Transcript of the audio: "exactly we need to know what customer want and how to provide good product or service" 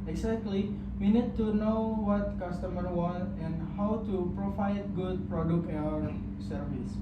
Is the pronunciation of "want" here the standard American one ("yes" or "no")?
no